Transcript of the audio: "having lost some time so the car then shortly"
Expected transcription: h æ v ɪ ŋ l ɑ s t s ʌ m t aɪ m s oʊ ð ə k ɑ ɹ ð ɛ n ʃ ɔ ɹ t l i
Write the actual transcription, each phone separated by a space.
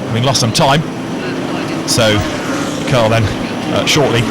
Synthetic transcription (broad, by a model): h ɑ v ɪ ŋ l ɑ s t s ʌ m t aɪ m s oʊ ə k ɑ l ð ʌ n ʃ ɔ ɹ t l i